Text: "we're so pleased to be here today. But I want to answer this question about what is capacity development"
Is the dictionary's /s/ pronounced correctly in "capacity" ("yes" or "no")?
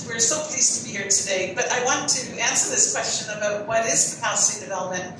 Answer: no